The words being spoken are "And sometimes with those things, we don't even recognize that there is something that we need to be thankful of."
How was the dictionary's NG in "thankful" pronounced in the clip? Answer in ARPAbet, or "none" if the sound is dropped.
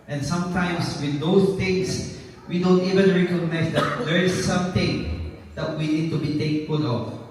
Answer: none